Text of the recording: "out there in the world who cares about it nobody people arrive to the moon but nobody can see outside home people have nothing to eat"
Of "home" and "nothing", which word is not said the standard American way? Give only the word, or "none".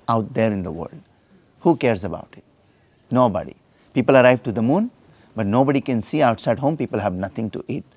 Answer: nothing